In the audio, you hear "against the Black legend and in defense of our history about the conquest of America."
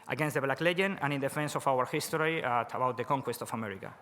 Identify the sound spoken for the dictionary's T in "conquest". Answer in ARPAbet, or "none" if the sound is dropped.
T